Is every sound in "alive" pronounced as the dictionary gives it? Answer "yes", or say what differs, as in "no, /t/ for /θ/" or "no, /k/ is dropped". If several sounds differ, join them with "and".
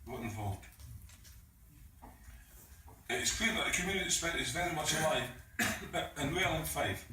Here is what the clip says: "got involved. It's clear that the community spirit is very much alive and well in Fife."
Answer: no, /v/ is dropped